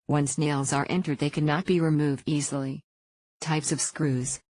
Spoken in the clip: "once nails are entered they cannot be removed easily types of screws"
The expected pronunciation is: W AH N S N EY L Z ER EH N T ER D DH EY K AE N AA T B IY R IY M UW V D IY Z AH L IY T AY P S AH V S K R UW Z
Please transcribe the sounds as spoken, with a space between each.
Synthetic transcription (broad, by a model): W AH N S N EY L Z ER EH N T ER D DH EY K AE N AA T B IY R IY M UW V D IY Z L IY T AY P S AH V S K R UW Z